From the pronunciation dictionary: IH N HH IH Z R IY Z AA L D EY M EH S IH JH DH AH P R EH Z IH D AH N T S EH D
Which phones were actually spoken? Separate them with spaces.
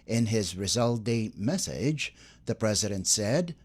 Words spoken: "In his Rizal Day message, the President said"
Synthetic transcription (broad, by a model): IH N IH Z R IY Z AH L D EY M EH S IH JH DH AH P R EH Z IH D AH N T S EH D